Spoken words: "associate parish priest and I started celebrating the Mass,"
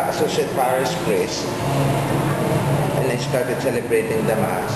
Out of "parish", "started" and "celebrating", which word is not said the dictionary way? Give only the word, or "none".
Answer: parish